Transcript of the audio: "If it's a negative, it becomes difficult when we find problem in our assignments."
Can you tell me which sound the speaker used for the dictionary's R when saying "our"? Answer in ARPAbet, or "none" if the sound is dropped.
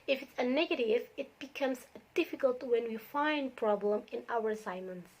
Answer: W